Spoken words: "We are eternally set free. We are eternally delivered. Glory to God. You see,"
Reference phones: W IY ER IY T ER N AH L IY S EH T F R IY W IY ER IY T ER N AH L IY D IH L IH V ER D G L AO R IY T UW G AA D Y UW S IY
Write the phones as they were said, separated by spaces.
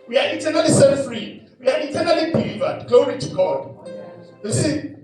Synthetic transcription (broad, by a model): W IY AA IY T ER N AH L IY S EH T F R IY W IY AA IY T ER N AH L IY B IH L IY V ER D G AO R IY T UW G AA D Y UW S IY